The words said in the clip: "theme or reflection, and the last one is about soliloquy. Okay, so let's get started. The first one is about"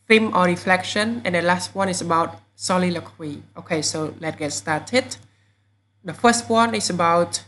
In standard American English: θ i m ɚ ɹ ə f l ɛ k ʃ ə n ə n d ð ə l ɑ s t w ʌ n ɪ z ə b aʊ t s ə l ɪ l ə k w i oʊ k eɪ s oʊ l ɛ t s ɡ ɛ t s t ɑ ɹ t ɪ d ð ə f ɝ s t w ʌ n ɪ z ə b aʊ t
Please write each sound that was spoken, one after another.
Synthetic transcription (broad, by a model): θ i m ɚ ɹ ə f l ɛ k ʃ ə n ə n d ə l ɑ s t w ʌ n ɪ s ə b aʊ t s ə l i l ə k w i oʊ k eɪ s oʊ l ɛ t ɡ ɛ t s t ɑ t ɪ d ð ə f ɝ s t w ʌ n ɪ s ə b aʊ t